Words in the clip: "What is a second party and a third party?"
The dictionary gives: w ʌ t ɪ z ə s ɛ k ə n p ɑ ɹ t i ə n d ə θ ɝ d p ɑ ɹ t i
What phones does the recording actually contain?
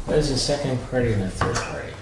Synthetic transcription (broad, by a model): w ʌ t ɪ z ə s ɛ k ə n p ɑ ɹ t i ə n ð ə θ ɝ d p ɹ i